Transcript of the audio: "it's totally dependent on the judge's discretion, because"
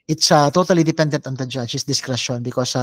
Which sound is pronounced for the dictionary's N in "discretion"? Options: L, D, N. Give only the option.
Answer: N